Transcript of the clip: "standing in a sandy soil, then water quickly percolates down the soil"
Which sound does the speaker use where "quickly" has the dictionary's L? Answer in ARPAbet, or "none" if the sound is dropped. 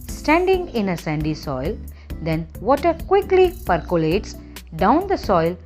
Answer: L